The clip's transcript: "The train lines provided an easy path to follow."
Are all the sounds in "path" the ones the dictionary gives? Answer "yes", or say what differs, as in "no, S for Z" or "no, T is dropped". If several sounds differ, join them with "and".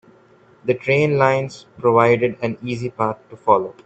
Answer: no, T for TH